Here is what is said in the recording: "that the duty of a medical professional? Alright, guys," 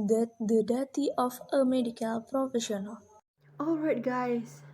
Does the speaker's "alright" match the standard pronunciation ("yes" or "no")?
yes